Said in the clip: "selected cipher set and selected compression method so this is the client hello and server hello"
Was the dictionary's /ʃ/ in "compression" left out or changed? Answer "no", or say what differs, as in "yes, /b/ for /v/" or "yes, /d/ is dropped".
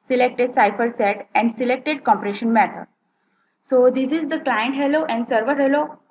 no